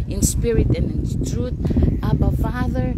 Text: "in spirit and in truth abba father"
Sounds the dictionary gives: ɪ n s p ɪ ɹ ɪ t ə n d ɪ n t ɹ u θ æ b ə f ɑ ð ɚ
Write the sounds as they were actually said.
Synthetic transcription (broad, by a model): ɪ n s p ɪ ɹ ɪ t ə n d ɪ n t ɹ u t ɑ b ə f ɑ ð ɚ